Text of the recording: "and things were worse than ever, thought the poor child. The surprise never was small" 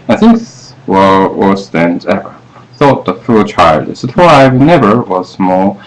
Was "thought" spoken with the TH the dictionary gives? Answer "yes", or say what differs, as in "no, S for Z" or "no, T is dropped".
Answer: yes